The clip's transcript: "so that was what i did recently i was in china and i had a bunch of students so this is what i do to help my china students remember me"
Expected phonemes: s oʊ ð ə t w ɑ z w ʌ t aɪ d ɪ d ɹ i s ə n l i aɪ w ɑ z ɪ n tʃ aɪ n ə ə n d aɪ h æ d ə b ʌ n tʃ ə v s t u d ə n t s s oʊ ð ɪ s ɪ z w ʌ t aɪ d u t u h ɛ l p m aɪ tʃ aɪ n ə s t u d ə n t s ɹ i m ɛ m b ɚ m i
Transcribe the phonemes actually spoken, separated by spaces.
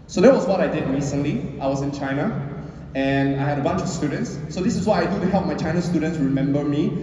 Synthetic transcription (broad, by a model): s oʊ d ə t w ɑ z w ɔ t aɪ d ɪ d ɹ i s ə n l i aɪ w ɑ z ɪ n tʃ aɪ n ə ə n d aɪ h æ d ə b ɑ n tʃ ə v s t u d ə n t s s oʊ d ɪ s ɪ s w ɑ aɪ d u t u h ɛ l p m aɪ tʃ aɪ n ə s t u d ə n t s ɹ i m ɛ m b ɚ m i